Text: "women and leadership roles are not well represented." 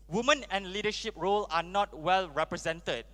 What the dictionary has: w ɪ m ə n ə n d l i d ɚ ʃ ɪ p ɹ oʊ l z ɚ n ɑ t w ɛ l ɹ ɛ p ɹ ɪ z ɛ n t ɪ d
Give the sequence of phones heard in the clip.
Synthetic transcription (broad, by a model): w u m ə n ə n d l i d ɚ ʃ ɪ p ɹ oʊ l ɑ n ɑ t w ɛ l ɹ ɛ p ɹ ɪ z ɛ n t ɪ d